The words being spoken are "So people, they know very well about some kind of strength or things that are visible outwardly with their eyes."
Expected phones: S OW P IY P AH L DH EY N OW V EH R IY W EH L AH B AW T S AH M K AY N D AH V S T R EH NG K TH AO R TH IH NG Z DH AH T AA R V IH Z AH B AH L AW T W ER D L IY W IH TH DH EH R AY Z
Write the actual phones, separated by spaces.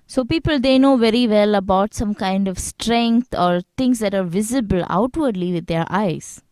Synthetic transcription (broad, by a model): S OW P IY P AH L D EY N OW V EH R IY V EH L AH B AW T S AH M K AY N D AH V S T R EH NG K T AO R T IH NG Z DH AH T AA R V IH Z AH B AH L AW T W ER D L IY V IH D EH R AY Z